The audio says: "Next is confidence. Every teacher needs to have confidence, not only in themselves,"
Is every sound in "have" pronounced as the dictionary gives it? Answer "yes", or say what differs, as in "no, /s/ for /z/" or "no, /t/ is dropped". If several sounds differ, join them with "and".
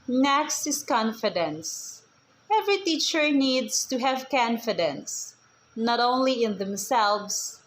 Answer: yes